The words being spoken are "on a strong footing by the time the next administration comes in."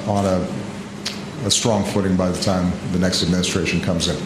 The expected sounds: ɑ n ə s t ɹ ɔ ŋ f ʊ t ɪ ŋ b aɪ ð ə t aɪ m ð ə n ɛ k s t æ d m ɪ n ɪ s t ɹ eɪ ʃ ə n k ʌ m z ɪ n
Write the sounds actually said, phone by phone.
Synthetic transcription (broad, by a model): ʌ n ə s t ɹ ɔ ŋ f ʊ t ɪ ŋ b aɪ ð ə t aɪ m ð ə n ɛ k s t æ d m ɪ n ɪ s t ɹ eɪ ʃ ə n k ʌ m z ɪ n